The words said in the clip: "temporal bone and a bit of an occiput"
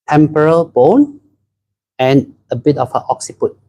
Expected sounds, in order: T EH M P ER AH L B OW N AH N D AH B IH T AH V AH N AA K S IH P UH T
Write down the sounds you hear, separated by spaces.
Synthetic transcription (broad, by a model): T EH M P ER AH L B OW N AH N AH B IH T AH F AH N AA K S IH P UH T